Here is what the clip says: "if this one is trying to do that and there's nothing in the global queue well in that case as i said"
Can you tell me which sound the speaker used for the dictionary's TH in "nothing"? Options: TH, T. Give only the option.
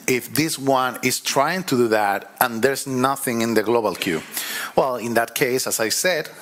TH